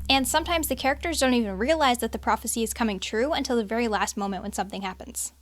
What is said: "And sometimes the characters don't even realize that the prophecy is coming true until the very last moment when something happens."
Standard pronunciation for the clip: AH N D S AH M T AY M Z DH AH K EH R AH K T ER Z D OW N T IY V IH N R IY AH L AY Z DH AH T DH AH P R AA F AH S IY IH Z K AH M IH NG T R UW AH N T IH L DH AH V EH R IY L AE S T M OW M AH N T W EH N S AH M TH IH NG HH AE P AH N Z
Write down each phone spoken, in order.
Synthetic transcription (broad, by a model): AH N S AH M T AY M Z DH AH K EH R AH K T ER Z D OW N T IY V IH N R IY AH L AY Z DH AH T DH AH P R AA F AH S IY IH Z K AH M IH NG T R UW AH N T IH L DH AH V EH R IY L AE S T M OW M AH N T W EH N S AH M TH IH NG HH AE P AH N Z